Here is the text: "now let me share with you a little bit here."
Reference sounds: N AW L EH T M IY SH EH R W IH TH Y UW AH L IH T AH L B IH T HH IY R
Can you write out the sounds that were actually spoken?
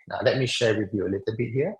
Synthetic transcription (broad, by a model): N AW L EH T M IY SH EH R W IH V Y UW AH L IH T AH L B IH T HH IY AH